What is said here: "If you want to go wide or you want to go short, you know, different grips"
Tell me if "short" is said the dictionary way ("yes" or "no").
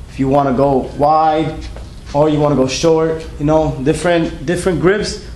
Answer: yes